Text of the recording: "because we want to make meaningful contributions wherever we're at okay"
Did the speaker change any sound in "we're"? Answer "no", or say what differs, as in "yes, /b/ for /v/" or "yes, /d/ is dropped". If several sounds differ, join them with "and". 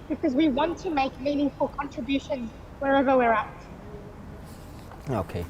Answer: no